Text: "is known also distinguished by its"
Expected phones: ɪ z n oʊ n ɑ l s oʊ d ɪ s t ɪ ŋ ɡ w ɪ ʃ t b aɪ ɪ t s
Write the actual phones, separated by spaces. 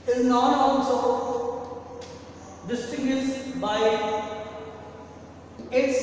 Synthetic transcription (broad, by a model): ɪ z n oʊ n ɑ n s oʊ d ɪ s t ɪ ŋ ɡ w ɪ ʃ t b aɪ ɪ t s